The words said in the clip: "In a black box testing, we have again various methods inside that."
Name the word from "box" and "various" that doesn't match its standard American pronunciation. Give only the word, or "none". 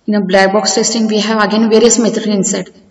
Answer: none